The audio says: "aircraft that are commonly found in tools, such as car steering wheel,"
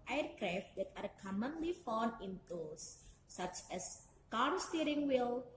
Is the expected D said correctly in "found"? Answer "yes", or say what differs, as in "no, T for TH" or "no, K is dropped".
no, D is dropped